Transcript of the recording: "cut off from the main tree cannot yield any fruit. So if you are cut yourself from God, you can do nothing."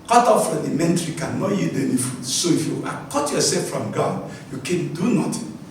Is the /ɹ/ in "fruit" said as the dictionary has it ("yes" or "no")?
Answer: no